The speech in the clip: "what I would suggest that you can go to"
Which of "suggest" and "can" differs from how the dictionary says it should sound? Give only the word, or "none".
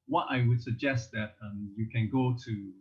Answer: none